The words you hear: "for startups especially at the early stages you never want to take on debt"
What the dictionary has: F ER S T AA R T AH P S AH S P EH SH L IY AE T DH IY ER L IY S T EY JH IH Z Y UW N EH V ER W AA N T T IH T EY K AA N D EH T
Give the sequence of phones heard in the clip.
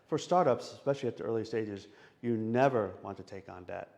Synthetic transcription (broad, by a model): F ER S T AA R T AH P S AH S P EH SH L IY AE T DH IY ER L IY S T EY JH IH Z Y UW N EH V ER W AA N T T IH T EY K N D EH T